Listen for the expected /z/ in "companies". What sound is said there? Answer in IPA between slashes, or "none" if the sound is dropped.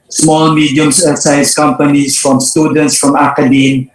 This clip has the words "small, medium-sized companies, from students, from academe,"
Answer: /s/